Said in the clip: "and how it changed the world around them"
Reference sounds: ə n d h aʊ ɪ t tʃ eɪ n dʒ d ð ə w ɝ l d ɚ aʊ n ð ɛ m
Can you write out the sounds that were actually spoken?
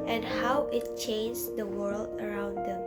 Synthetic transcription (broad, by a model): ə n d h aʊ ɪ t tʃ eɪ n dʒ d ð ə w ɝ l d ɚ aʊ n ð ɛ m